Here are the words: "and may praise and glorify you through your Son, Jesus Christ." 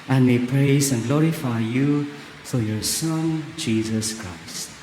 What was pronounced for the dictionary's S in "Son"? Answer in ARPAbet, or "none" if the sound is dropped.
S